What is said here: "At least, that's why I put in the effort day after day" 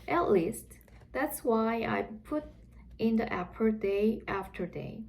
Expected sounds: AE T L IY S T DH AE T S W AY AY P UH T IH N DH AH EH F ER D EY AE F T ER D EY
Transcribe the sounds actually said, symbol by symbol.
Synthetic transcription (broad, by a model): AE T L IY S T DH AE T S W AY AY P UH T IH N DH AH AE P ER D EY AE F T ER D EY